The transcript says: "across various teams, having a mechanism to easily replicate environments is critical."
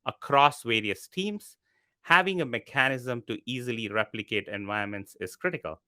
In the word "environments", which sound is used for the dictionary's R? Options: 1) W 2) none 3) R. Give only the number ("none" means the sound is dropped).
2